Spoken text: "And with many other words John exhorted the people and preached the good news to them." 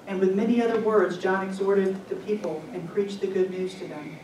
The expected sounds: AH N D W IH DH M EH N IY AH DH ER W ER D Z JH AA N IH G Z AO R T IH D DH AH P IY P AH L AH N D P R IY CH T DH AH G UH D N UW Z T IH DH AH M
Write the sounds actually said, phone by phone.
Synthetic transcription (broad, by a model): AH N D W IH DH M EH N IY AH DH ER W ER D Z JH AA N IH G Z AO R T IH D DH AH P IY P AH L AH N P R IY CH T DH AH G UH D N UW Z T IH DH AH M